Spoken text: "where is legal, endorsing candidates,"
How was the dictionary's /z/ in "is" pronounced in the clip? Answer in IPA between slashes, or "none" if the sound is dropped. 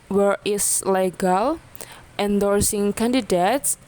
/s/